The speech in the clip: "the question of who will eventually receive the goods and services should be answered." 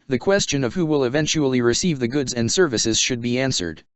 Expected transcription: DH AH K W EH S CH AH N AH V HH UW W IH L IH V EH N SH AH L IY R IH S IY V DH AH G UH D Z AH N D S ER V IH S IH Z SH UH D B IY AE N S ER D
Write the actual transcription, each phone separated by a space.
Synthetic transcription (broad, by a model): DH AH K W EH S CH AH N AH V HH UW W IH L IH V EH N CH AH L IY R IH S IY V DH AH G UH D Z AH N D S ER V IH S IH Z SH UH D B IY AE N S ER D